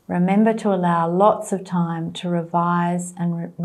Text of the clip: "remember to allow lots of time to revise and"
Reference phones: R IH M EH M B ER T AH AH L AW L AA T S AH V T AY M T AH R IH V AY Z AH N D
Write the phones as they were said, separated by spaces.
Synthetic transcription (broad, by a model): R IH M EH M B ER T AH AH L AW L AA T S AH V T AY M T AH R IH V AY Z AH N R